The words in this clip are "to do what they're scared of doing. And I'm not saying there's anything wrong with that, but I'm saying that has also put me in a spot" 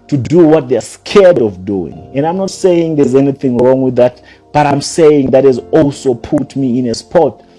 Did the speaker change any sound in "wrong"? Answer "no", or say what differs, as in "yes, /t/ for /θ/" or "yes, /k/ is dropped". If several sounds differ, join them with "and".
no